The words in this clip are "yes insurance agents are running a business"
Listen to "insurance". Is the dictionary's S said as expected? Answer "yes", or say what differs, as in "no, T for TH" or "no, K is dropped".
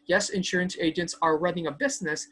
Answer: yes